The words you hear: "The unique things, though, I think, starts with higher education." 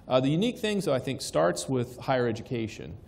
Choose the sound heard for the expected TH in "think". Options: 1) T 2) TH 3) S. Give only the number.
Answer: 2